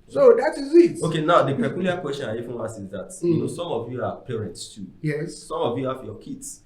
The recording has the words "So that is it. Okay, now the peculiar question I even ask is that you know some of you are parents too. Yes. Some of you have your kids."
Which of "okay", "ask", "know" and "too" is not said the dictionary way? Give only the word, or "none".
ask